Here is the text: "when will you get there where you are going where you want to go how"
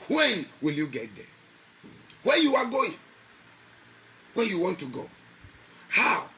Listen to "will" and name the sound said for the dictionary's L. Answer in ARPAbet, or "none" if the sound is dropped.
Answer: L